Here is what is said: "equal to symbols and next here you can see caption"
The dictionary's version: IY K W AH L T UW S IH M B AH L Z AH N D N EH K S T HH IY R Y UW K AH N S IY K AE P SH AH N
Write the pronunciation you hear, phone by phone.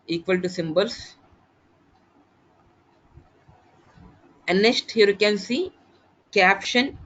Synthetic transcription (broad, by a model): IY K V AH L T UW S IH M B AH L S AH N N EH S T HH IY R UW K AH N S IY K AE P SH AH N